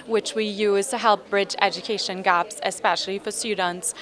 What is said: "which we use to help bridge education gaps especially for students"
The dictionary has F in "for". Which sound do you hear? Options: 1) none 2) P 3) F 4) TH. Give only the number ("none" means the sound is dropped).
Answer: 3